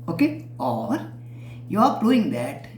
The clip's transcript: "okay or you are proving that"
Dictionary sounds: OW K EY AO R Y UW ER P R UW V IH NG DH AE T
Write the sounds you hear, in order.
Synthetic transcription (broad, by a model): OW K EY AO R Y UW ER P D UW IH NG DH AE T